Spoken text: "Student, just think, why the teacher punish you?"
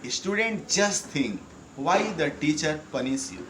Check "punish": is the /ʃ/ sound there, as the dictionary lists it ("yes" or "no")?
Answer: no